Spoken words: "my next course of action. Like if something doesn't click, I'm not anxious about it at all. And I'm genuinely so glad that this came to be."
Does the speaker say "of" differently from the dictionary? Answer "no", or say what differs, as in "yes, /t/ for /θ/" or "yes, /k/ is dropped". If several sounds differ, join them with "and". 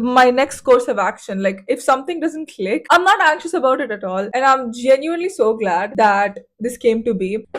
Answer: no